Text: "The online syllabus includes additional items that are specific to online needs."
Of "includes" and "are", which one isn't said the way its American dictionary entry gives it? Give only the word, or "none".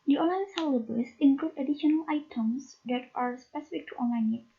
includes